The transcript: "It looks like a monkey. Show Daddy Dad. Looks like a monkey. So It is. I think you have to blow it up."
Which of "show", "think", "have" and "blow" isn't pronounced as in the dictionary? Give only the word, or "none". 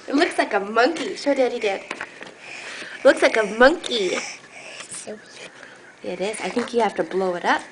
have